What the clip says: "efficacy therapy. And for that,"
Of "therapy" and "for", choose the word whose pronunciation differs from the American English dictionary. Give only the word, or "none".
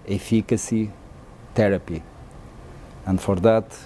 therapy